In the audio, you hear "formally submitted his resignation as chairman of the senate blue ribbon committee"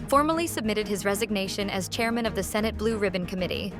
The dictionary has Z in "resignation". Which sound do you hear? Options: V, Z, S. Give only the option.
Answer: Z